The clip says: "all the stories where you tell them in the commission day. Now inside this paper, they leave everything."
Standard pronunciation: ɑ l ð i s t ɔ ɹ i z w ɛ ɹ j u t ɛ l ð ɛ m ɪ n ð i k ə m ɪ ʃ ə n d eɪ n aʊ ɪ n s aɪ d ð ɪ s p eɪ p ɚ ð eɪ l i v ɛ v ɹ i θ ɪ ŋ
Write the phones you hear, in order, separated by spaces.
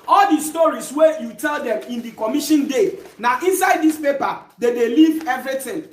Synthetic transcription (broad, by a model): ɑ l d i s t ɔ ɹ i s w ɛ j u t ɛ l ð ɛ m ɪ n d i k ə m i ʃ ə n d eɪ n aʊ ɪ n s aɪ d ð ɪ s p eɪ p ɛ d eɪ l i v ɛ v ɹ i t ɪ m